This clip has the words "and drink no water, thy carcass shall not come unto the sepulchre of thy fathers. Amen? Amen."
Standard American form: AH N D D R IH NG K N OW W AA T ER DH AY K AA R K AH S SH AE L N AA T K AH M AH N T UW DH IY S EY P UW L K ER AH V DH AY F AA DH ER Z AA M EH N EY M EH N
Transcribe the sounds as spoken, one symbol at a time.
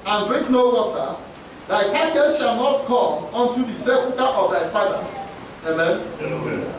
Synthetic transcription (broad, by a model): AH N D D R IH NG K N OW W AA T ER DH AY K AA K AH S SH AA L N AA T K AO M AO N T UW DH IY S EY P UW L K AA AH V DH AY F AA IH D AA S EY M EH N